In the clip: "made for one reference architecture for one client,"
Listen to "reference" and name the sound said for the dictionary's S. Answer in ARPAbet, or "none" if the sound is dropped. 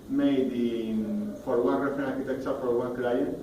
none